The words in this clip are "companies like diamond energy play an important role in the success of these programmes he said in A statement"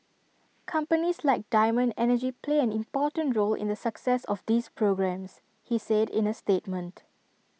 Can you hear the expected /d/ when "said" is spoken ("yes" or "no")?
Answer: yes